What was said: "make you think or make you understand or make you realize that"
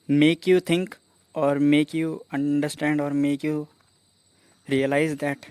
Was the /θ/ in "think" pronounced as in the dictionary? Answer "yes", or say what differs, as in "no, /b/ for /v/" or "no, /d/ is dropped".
no, /t/ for /θ/